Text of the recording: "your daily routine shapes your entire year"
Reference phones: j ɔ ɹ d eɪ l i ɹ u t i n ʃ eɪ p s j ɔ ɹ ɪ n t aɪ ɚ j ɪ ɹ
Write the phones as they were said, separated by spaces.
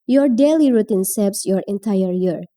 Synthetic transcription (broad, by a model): j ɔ ɹ d eɪ l i ɹ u t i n s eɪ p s j ɔ ɹ ɪ n t aɪ ɚ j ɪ ɹ